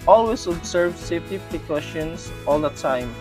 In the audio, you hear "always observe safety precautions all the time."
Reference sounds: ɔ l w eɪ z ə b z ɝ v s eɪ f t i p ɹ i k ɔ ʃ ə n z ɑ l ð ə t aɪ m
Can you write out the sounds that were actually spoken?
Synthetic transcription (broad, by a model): ɔ l w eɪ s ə b s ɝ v s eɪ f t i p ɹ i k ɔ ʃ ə n s ɑ l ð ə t aɪ m